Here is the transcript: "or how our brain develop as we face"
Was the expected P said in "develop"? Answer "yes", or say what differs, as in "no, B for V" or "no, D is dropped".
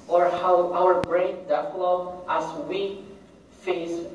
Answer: no, P is dropped